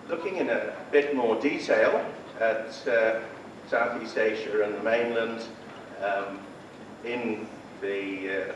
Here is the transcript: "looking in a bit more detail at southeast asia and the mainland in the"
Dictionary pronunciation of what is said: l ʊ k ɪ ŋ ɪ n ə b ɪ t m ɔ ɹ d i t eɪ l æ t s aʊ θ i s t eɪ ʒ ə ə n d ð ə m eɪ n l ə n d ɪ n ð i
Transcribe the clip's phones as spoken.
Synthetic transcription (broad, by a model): l ʊ k ɪ ŋ ɪ n ə b ɪ t m ɔ ɹ d i t eɪ l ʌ t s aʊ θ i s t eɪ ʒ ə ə n ð ə m eɪ n l ə n d ɪ n ð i